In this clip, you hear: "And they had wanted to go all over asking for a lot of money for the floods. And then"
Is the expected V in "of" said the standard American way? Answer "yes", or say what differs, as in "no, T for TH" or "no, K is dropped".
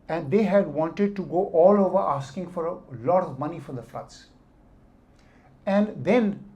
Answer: yes